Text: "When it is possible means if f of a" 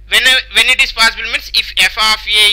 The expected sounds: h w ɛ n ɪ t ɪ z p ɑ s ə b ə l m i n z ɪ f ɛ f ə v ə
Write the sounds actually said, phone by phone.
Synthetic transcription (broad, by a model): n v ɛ n ɪ t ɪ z p ɑ s ə b ə l m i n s ɪ f ɛ f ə f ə